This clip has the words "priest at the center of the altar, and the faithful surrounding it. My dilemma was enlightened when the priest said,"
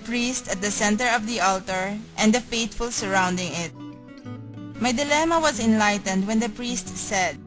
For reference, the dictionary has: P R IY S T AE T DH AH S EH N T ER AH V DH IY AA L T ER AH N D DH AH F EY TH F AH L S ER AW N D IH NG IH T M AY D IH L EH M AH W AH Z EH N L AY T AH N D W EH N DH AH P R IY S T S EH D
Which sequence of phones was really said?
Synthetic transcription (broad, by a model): P R IY S T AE T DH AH S EH N T ER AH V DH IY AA L T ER AH N D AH F EY T F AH L S ER AW N D IH NG IH T M AY D IH L EH M AH W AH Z EH N L AY T AH N D W EH N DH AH P R IY S T S EH D